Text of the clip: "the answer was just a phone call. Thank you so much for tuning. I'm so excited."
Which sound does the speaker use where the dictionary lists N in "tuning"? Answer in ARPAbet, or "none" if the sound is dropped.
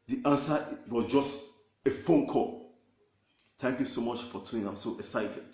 none